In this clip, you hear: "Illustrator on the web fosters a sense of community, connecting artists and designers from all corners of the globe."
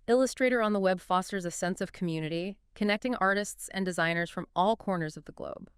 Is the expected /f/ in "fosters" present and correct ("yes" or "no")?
yes